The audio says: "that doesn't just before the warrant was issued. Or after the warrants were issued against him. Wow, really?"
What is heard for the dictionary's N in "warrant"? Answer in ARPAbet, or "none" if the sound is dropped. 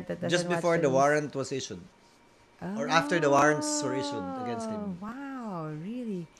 N